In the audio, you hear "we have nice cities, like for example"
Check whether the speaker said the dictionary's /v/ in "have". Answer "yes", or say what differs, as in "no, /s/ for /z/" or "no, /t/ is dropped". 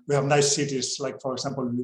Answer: yes